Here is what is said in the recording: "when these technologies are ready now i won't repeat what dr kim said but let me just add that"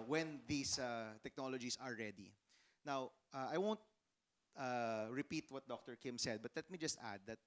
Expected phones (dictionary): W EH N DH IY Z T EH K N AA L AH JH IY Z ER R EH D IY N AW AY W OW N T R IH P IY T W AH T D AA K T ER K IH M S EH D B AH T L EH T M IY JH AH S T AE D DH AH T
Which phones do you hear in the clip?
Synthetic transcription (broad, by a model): W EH N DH IY S T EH K N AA L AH JH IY S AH R EH D IY N AW AY W OW N T R IH P IY T W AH T D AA K T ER K IH M S EH D B AH T L EH T M IY JH AH S T AE D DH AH T